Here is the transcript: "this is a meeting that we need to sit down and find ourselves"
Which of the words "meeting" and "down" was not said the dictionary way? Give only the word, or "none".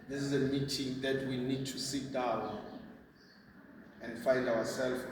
down